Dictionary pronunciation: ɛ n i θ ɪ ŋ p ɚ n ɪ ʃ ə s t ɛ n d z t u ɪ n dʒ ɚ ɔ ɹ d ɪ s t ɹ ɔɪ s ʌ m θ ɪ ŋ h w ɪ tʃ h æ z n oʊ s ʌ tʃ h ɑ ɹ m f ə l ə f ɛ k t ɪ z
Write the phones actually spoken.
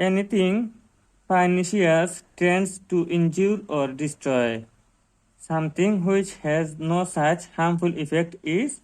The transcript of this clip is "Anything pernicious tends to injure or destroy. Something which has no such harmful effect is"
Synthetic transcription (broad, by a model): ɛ n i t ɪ ŋ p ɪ n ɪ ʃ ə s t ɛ n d s t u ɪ n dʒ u ɔ ɹ d ɪ s t ɹ ɔɪ s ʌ m t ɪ ŋ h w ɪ tʃ h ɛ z n oʊ s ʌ tʃ h ɑ ɹ m f ə l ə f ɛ k t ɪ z